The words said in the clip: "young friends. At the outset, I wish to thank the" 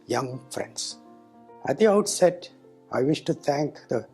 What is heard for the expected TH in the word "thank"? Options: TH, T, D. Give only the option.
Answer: T